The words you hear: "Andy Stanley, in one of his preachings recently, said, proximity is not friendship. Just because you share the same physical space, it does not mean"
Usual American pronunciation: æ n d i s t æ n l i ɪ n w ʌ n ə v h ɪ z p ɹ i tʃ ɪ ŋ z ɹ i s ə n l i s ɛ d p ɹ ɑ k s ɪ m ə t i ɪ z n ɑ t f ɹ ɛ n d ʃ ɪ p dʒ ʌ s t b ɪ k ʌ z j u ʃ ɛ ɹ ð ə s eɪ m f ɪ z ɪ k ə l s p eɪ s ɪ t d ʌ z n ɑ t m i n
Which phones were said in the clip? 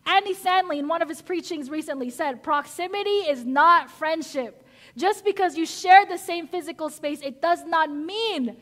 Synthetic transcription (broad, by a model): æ n d i s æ n l i ɪ n w ʌ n ə v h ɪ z p ɹ i tʃ ɪ ŋ z ɹ i s ə n l i s ɛ d p ɹ ɑ k s ɪ m ə t i ɪ z n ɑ t f ɹ ɛ n d ʃ ɪ p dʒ ʌ s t b ɪ k ʌ z j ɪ ʃ ɛ ɹ ð ə s eɪ m f ɪ z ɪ k l s p eɪ s ɪ t d ʌ z n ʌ t m i n